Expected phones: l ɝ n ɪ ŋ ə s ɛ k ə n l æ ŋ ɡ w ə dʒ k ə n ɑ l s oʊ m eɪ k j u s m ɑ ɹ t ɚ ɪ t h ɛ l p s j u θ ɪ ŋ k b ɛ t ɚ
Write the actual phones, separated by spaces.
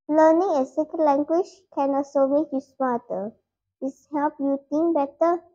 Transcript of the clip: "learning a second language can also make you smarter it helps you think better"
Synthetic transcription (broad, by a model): l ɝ n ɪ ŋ ə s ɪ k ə l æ ŋ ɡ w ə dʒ k ə n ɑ s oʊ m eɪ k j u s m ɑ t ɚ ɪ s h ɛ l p j u t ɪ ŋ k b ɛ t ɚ